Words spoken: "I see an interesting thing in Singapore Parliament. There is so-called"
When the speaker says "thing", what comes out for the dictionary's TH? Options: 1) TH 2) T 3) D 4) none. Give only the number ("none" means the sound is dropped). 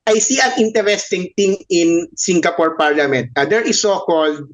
2